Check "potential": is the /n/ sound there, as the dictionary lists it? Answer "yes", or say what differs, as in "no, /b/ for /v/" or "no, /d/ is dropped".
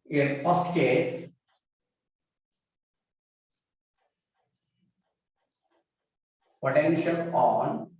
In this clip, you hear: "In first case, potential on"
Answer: yes